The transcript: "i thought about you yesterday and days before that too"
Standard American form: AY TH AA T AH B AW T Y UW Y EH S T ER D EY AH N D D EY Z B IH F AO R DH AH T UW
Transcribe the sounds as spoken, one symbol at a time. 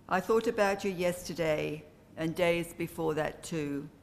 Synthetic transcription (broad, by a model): AY TH AA T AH B AW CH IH Y EH S T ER D EY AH N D D EY Z B IH F AO R DH AH T UW